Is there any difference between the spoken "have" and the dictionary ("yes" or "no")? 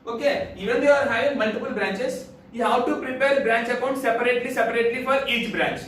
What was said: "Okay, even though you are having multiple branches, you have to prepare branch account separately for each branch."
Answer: yes